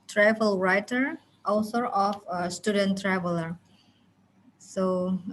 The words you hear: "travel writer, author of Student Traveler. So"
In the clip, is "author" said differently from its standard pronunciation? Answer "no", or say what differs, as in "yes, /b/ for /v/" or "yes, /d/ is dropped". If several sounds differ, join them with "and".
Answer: yes, /s/ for /θ/